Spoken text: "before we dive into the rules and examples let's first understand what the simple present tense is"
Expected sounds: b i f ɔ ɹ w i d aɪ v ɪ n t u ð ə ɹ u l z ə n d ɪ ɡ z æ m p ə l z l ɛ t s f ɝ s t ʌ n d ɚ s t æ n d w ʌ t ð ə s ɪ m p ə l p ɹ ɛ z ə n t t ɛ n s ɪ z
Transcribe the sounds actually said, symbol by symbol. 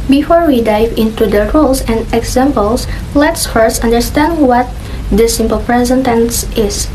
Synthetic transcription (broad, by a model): b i f ɔ ɹ w i d aɪ v ɪ n t u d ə ɹ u l s ə n d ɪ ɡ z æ m p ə l s l ɛ t s f ɝ s t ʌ n d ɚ s t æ n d w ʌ t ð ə s ɪ m p ə l p ɹ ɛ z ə n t t ɛ n s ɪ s